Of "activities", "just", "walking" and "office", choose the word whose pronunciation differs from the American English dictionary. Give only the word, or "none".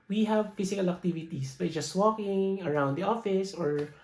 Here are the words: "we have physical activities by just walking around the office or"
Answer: activities